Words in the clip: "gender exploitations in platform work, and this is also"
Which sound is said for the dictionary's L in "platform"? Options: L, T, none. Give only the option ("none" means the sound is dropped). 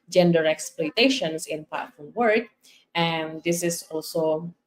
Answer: none